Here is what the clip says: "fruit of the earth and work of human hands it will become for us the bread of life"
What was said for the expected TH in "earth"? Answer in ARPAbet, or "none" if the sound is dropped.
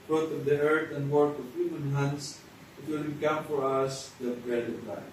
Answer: T